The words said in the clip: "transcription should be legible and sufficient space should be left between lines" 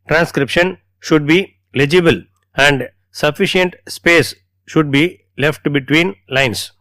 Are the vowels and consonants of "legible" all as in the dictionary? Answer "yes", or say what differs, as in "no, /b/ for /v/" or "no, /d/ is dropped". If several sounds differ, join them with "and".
yes